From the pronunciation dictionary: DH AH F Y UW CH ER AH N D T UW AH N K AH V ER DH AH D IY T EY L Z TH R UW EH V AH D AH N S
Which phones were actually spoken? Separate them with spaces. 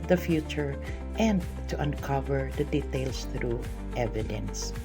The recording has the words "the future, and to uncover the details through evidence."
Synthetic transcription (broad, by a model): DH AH F Y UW CH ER AH N D T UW AH N K AH V ER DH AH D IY T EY L S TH R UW EH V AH D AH N S